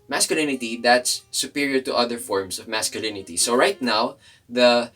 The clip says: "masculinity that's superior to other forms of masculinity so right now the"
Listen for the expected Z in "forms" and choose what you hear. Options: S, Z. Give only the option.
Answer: S